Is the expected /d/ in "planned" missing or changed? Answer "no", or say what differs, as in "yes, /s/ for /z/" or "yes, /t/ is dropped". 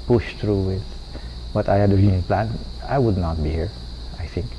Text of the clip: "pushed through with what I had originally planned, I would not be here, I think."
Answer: yes, /d/ is dropped